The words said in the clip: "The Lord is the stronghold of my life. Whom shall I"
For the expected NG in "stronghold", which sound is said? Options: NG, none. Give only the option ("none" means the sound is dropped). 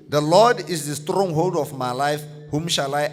NG